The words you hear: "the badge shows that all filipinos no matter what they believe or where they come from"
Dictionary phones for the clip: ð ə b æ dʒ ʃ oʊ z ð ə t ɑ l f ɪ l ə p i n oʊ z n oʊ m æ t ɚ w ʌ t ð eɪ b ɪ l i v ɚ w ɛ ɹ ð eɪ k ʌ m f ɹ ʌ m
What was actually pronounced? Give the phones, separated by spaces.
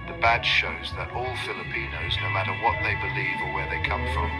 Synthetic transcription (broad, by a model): ð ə b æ ʃ ʃ oʊ z ð ə t ɑ l f ɪ l ə p i n oʊ z n oʊ m æ t ɚ w ʌ t ð eɪ b ɪ l i v ɚ w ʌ ɹ ð eɪ k ʌ m f ɹ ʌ m